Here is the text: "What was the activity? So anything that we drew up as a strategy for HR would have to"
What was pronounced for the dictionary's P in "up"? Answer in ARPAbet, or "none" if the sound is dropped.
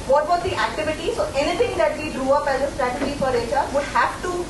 P